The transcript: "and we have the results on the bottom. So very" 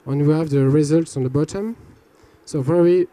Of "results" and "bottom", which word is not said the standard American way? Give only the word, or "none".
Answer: none